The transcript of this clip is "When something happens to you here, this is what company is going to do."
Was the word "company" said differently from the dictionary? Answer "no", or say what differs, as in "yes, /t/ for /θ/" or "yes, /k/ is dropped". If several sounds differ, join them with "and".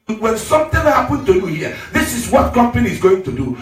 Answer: no